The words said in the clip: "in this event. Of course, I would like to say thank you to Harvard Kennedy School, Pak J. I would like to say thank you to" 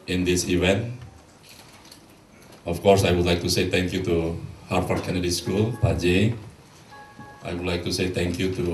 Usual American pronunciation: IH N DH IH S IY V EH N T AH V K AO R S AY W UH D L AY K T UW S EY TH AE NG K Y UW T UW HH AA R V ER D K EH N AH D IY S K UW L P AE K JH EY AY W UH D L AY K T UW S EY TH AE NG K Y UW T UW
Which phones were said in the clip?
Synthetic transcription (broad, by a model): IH N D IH S IY V EH N T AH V K AO R S AY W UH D L AY K T UW S EY T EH NG K Y UW T UW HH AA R F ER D K EH N AH D IY S K UW L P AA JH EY AY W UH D L AY K T UW S EY T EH NG K Y UW T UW